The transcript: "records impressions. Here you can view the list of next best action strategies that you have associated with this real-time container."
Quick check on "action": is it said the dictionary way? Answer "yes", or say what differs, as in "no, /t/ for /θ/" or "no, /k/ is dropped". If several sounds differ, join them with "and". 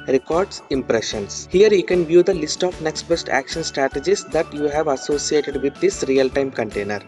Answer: yes